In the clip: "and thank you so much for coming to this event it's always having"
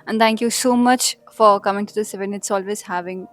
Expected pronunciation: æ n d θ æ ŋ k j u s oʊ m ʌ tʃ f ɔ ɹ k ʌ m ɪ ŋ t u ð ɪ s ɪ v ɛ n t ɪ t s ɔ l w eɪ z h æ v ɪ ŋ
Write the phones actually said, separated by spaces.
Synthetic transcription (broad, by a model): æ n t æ ŋ k j u s oʊ m ʌ tʃ f ɔ ɹ k ʌ m ɪ ŋ t u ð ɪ s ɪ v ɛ n ɪ t s ɔ l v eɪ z h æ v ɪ ŋ